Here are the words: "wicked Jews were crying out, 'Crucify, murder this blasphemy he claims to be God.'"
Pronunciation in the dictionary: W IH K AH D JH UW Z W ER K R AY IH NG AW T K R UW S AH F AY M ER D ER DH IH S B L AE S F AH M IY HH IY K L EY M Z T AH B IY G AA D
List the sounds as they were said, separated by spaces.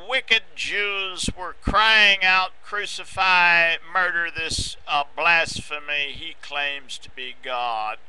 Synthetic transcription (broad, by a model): W IH K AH D JH UW Z W ER K R AY IH NG AW T K R UW S AH F AY M ER D ER DH IH S B L AE S F AH M IY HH IY K L EY M Z T AH B IY G AA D